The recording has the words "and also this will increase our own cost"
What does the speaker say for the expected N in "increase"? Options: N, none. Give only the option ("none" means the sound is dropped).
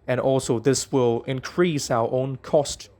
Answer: N